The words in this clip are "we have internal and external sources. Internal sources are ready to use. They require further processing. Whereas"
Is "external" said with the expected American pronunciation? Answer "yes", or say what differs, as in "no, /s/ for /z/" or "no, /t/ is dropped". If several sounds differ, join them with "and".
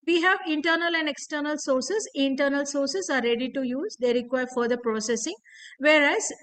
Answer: yes